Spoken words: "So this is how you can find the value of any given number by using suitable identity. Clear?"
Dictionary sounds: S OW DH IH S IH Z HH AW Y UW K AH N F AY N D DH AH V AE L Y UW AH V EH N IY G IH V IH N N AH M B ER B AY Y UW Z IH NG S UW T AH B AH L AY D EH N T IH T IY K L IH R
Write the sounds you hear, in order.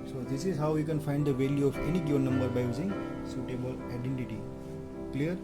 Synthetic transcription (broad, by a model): S OW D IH S IH Z HH AW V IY K AH N F AY N D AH V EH L Y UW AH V EH N IY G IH IH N N AH M B ER B AY Y UW Z IH NG S UW T AH B AH L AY D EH N T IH T IY K L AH R